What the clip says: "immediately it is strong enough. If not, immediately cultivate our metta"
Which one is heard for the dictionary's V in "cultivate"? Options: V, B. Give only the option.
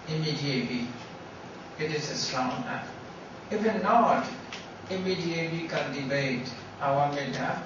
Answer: B